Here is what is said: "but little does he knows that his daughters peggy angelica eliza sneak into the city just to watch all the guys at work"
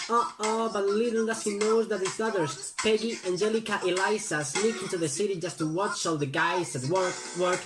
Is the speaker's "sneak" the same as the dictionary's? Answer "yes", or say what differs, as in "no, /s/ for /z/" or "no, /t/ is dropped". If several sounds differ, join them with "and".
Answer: no, /l/ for /n/